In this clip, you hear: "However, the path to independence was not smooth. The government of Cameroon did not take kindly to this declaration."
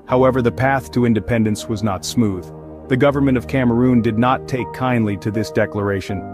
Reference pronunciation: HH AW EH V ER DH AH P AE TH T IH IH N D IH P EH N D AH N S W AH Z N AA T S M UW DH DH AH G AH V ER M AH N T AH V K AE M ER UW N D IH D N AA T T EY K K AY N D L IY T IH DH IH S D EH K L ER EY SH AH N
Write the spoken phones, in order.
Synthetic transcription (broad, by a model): HH AW EH V ER DH AH P AE TH T IH IH N D IH P EH N D AH N S W AH Z N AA T S M UW DH DH AH G AH V ER M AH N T AH V K AE M ER UW N D IH D N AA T T EY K K AY N D L IY T IH DH IH S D EH K L ER EY SH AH N